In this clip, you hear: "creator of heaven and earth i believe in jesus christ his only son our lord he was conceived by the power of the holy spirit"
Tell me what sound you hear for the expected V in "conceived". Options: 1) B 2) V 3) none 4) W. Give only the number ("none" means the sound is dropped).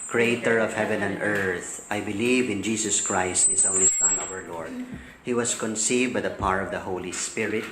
2